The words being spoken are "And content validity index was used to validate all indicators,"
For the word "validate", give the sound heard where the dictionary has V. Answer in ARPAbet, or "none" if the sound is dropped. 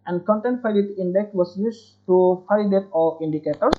F